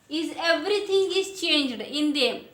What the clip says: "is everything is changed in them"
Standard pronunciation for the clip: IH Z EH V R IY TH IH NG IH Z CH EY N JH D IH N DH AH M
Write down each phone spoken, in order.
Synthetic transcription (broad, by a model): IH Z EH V R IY T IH NG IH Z CH EY N JH D IH N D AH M